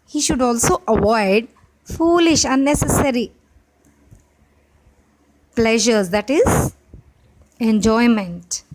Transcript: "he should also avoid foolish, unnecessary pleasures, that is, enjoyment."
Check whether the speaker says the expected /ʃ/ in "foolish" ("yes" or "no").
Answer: yes